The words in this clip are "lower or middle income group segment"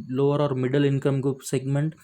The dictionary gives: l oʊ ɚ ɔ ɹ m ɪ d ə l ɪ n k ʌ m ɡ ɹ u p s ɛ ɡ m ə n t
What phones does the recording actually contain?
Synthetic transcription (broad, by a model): l oʊ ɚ ɔ ɹ m ɪ d ə l ɪ n k ʌ m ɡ u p s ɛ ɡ m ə n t